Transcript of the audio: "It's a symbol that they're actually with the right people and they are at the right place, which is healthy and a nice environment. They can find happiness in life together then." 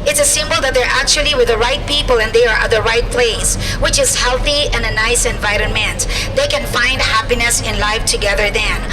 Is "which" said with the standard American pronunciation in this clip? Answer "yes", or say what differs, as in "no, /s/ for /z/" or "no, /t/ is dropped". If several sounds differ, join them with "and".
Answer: yes